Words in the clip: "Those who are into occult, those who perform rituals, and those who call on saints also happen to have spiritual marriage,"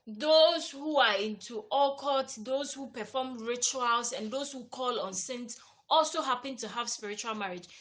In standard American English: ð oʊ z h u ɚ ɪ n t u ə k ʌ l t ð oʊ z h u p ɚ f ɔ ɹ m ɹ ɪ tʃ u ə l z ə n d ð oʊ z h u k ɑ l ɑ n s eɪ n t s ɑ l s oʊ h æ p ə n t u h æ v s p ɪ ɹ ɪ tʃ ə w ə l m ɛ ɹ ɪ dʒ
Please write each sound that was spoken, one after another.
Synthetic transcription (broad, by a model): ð oʊ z h u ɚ ɪ n t u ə k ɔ t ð oʊ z h u p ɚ f ɔ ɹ m ɹ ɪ tʃ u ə l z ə n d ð oʊ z h u k ɑ l ɑ n s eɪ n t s ɑ l s oʊ h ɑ p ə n t u h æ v s p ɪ ɹ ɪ tʃ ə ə l m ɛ ɹ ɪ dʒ